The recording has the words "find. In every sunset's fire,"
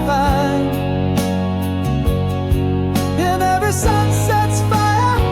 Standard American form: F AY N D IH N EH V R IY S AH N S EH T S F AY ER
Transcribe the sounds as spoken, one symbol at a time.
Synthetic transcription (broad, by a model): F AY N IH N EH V IY S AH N S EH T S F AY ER